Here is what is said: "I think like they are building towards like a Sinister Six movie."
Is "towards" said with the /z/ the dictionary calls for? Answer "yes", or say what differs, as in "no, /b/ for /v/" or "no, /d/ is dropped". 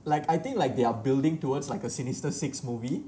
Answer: no, /s/ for /z/